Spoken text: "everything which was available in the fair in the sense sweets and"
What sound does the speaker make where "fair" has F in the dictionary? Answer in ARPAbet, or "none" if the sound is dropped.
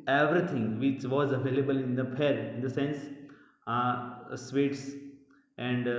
P